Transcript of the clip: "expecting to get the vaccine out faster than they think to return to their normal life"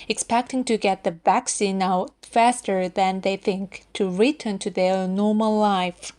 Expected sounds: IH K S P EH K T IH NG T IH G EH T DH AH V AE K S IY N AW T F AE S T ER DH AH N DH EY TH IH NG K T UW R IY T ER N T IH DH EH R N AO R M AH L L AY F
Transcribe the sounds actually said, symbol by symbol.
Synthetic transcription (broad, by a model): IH K S P EH K T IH NG T IH G EH T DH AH V AE K S IY N AW T F AE S T ER DH AH N DH EY TH IH NG K T UW R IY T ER N T IH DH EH R N AO R M AH L L AY F